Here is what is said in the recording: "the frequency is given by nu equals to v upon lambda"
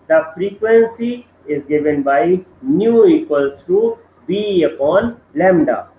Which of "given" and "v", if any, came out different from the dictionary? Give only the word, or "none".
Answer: v